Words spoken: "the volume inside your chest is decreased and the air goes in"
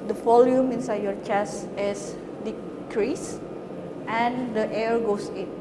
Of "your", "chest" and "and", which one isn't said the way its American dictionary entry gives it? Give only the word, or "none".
chest